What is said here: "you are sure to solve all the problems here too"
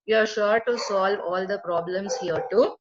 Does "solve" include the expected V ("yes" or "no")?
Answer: yes